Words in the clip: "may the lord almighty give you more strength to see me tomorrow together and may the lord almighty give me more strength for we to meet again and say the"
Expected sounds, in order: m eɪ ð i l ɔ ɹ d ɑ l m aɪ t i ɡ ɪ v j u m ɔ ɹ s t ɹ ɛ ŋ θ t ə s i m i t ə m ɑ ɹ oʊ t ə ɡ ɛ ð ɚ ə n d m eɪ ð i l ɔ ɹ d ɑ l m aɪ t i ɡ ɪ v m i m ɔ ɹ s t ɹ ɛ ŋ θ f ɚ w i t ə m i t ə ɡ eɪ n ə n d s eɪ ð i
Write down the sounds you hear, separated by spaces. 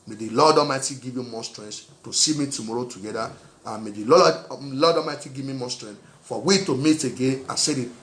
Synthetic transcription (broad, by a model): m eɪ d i l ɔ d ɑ m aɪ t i ɡ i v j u m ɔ s t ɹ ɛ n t t ə s i m i t ə m ɑ ɹ oʊ t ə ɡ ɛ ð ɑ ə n m eɪ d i l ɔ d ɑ m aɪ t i ɡ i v m i m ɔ s t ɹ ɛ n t f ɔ w i t ə m i t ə ɡ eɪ ə s eɪ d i